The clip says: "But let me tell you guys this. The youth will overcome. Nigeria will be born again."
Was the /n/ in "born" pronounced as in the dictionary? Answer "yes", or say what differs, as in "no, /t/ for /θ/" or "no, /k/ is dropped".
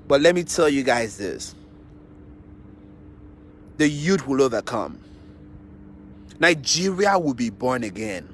yes